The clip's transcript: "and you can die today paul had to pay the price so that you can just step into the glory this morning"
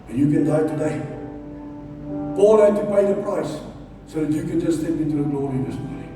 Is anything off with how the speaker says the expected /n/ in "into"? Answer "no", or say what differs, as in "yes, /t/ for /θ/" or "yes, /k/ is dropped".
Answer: yes, /n/ is dropped